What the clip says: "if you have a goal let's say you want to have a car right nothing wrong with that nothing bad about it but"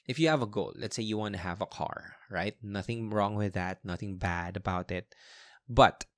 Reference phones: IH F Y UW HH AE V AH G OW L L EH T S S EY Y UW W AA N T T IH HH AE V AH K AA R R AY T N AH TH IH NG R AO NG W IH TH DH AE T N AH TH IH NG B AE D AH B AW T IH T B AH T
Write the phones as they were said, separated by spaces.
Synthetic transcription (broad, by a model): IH F Y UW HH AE V AH G OW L L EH T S S EY Y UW W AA N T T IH HH AE V AH K AA R R AY T N AH TH IH NG R AO NG W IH DH AE T N AH TH IH NG B AE D AH B AW T IH T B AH T